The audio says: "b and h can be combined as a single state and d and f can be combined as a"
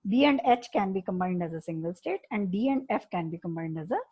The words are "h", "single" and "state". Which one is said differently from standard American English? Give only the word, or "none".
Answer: none